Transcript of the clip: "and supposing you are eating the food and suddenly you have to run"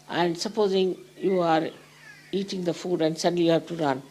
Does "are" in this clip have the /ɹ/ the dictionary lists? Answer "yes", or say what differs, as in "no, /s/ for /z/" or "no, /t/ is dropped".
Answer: yes